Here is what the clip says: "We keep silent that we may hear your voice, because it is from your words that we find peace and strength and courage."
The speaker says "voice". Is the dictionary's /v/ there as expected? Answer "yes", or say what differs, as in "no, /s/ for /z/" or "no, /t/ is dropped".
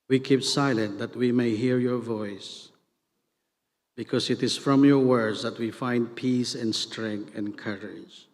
yes